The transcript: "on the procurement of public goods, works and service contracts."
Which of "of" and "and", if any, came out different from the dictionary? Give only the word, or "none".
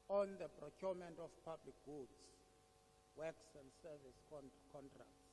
of